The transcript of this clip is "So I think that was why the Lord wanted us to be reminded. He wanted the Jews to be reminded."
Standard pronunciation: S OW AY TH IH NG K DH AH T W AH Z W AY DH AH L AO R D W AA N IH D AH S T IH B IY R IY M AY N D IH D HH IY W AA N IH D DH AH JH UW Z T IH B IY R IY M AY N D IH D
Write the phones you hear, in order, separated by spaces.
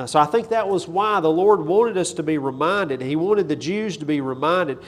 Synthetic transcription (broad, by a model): S OW AY TH IH NG K DH AH T W AH Z W AY DH AH L AO R D W AA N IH D AH S T IH B IY R IY M AY N D IH D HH IY W AA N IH D DH AH JH UW Z T IH B IY R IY M AY N D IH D